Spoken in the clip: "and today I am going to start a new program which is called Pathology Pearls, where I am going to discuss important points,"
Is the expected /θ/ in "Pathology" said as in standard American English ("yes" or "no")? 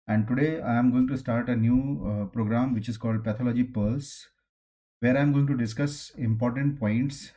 no